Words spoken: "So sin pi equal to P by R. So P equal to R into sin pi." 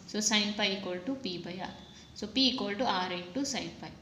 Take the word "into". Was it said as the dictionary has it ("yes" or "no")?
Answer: no